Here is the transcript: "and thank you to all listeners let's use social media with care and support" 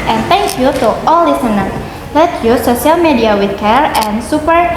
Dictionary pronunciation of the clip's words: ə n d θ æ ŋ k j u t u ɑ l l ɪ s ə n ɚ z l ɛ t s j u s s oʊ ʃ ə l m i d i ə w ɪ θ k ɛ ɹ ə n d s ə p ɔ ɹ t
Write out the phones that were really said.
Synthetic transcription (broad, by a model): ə n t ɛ ŋ k j u t u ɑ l l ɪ s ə n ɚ l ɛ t j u s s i ə l m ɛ d i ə w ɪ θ k ɛ ɹ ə n s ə p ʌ ɹ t